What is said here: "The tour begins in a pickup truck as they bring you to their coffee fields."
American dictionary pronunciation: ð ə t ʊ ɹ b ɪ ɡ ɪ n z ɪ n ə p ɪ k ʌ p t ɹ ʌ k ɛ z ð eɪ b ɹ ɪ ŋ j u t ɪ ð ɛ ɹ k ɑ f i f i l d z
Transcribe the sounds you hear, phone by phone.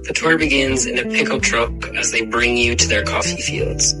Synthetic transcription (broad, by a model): ð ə t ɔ ɹ b ɪ ɡ ɪ n z ɪ n ə p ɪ k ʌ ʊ t ɹ ʌ k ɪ z ð eɪ b ɹ ɪ ŋ j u t ɪ ð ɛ ɹ k ɑ f i f i l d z